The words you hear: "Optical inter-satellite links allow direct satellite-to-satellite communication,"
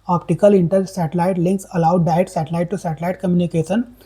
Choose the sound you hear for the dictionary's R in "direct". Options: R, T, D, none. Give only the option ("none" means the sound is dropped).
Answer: none